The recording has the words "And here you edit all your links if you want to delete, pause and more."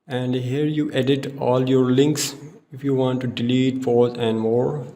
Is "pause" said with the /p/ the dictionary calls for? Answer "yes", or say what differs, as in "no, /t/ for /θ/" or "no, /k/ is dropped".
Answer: no, /f/ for /p/